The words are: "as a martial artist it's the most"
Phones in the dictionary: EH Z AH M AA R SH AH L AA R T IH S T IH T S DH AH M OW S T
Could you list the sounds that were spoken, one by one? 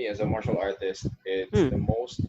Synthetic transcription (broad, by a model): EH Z AH M AA R SH AH L AA R T IH S T IH T S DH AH M OW S T